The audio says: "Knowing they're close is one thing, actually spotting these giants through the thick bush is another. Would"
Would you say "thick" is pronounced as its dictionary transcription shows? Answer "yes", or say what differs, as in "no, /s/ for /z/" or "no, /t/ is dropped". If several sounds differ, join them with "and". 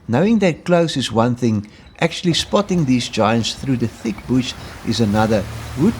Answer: yes